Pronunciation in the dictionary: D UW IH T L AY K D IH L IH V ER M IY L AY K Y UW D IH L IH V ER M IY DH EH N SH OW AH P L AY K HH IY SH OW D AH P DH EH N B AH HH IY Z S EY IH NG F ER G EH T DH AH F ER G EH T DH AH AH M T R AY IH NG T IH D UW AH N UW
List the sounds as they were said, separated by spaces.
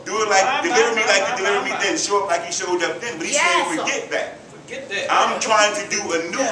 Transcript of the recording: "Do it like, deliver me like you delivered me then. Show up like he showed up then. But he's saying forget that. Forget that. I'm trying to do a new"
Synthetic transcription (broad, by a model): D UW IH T L AY K D IH L IH V ER M IY L AY K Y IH D IH L IH V ER M IY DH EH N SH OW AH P L AY K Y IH S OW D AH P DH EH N B AH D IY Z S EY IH F ER G EH T DH AH T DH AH AH M T R AY IH NG T IH D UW AH N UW